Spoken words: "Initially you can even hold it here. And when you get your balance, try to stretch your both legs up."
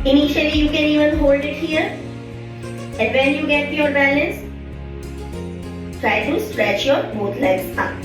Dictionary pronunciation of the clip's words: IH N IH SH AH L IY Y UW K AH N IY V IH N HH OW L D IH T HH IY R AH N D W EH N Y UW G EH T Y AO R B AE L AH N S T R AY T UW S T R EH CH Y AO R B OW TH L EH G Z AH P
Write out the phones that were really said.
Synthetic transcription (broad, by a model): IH N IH SH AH L IY Y UW K AH N IY V IH N HH OW L D IH T HH IY R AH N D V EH N Y UW G EH T Y AO R B AE L AH N S T R AY T UW S T R EH CH Y AO R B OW T L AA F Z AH